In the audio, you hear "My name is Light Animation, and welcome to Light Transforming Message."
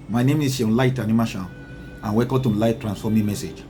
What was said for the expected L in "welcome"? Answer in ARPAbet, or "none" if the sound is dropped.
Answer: none